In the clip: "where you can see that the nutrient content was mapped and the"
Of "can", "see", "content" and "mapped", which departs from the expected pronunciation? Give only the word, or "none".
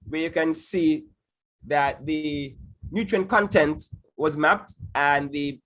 none